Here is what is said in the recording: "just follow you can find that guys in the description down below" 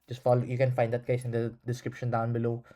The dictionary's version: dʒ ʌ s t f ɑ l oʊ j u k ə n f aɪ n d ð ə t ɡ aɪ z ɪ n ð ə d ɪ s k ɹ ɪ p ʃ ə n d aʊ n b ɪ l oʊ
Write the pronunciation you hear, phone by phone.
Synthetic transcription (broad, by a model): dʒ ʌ s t f ɑ l oʊ j u k ə n f aɪ n d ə t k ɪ s ɪ n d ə d ɪ s k ɹ ɪ p ʃ ə n d aʊ n b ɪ l oʊ